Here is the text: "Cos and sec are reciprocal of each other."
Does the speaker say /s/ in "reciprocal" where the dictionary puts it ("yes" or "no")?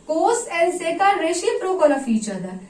no